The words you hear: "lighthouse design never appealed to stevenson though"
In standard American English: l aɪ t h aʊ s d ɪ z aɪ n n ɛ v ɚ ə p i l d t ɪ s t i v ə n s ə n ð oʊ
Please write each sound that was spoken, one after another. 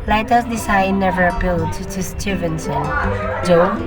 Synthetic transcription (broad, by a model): l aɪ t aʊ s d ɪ s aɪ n n ɛ v ɚ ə p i l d t ɪ s t i v ə n s ə n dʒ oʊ